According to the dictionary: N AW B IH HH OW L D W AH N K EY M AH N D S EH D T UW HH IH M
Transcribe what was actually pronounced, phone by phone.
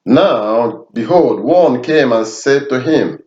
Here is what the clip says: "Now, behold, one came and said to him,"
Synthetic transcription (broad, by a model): N AW B IH HH OW L D W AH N K EY M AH N S EH D T UW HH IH M